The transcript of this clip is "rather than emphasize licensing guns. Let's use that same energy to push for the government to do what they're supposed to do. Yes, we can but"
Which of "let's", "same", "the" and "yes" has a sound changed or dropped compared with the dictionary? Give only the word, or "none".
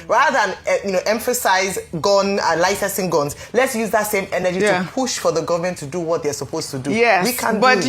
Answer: yes